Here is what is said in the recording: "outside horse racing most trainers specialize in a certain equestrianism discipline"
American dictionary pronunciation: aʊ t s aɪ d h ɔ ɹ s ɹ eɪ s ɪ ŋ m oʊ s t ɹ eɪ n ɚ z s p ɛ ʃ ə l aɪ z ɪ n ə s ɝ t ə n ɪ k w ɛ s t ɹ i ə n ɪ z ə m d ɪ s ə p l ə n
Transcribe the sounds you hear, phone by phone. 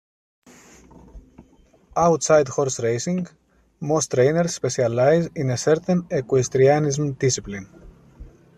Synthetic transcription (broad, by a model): aʊ t s aɪ d h ɔ ɹ s ɹ eɪ s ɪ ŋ m oʊ s t ɹ eɪ n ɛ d s p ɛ s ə l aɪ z ɪ n ə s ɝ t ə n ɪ k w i s t ɹ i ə n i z m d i s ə p l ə n